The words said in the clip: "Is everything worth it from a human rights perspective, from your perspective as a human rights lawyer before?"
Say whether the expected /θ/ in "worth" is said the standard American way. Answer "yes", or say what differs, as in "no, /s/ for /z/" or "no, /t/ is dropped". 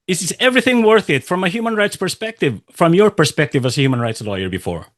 yes